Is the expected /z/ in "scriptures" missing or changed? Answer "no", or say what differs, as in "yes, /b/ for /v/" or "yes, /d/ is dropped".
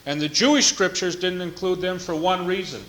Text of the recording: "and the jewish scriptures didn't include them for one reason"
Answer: no